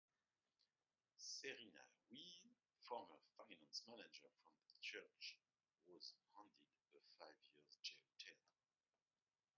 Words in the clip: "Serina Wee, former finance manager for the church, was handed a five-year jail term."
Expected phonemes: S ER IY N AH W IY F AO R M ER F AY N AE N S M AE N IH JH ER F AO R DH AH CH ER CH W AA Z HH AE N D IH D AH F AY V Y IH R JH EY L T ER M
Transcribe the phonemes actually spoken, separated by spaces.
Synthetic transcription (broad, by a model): S ER IY N AH W IY F AO R M ER F AY N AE N S M AE N IH JH ER F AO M DH AH CH ER CH W AA Z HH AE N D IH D AH F AY V Y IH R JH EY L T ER